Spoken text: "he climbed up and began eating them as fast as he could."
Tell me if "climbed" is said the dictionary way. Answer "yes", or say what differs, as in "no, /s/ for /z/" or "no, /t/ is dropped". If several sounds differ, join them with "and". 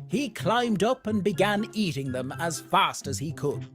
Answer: yes